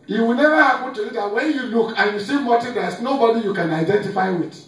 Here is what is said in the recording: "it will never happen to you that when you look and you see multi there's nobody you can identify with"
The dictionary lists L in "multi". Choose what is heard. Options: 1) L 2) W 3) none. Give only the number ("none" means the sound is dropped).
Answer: 3